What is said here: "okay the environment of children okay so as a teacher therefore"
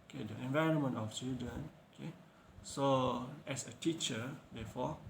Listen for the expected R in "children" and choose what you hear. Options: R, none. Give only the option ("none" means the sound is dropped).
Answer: none